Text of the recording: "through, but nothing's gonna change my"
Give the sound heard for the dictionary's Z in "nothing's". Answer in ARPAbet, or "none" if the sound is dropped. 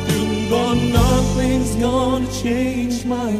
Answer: Z